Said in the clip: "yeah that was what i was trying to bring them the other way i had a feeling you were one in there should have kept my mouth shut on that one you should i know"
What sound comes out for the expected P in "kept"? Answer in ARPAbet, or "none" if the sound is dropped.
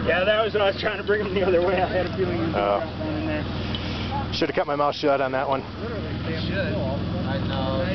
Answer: none